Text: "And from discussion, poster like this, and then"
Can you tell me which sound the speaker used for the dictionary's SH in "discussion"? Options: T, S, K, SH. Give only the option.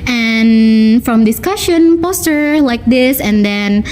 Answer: SH